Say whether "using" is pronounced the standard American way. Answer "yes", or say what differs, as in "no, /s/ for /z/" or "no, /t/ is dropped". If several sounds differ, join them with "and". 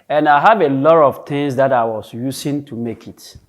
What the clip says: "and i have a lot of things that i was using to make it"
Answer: no, /s/ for /z/